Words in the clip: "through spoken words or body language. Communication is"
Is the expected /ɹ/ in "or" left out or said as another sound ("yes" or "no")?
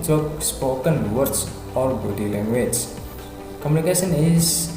yes